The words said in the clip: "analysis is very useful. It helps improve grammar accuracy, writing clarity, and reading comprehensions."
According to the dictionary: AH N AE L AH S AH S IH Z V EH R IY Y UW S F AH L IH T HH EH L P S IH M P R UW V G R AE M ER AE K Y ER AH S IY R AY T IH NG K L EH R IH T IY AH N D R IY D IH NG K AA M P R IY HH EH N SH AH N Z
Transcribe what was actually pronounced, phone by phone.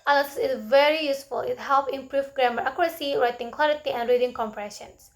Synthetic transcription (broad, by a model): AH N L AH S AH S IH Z V EH R IY Y UW S F AH L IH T HH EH L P IH M P R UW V G R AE M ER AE K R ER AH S IY R AY T IH NG K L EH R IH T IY AH N D R IY D IH NG K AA M P R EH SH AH N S